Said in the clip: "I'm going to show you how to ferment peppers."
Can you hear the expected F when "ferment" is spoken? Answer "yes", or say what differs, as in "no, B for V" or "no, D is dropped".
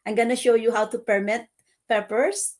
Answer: no, P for F